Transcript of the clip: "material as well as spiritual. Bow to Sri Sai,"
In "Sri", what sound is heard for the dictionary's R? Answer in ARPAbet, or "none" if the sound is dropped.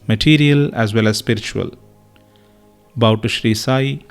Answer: R